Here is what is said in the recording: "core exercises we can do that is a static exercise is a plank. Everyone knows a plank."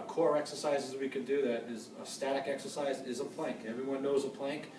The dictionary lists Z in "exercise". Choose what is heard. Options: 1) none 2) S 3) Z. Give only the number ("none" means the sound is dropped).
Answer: 3